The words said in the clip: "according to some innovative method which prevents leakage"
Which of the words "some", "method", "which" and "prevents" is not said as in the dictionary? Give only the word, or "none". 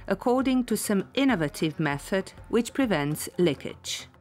none